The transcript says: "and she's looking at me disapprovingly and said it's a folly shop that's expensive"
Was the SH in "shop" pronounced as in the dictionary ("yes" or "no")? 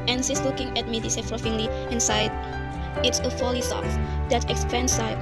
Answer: no